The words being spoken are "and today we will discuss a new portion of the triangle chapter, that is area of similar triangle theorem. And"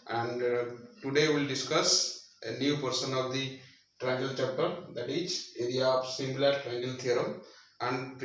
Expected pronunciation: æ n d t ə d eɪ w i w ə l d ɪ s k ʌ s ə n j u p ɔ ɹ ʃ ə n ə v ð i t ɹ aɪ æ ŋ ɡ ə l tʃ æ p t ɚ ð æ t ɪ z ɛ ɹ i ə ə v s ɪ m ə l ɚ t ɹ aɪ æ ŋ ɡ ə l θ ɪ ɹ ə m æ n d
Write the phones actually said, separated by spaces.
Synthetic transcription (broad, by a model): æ n d t ə d eɪ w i l d ɪ s k ʌ s ə n j u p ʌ ɹ s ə n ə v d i t ɹ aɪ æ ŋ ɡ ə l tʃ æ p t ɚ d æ t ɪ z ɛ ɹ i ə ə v s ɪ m l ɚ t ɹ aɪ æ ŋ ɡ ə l t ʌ ɹ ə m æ n d